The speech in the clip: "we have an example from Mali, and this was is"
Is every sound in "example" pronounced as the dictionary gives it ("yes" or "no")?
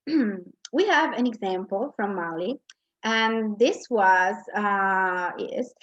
yes